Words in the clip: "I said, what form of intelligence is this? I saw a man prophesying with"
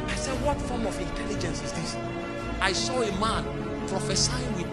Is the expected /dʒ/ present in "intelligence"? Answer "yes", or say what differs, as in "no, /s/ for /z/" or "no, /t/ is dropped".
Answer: yes